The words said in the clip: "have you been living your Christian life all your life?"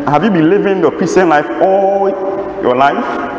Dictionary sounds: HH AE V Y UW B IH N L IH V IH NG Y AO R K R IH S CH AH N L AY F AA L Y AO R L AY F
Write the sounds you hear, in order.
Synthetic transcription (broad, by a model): HH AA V Y UW B IH N L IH V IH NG Y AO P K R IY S AH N L AY F AA L Y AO L AY F